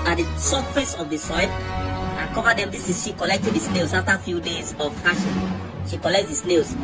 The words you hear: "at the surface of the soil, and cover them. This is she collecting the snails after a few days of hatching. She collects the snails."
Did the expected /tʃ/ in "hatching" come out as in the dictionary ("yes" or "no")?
no